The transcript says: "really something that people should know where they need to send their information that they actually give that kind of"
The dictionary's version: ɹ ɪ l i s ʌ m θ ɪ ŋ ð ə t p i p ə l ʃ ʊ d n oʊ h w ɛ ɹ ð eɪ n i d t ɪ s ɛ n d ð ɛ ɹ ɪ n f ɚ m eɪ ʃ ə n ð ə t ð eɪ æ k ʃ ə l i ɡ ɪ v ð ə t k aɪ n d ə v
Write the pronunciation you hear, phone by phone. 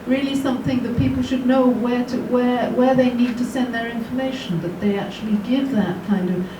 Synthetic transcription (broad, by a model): ɹ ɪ l i s ʌ m θ ɪ ŋ ð ə t p i p l ʃ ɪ d n oʊ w w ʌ ɹ ð eɪ n i d t ɪ s ɛ n ð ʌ ɹ ɪ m f ɚ m eɪ ʃ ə n ð ə t ð eɪ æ k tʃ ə l i ɡ ɪ v ð ə t k aɪ n d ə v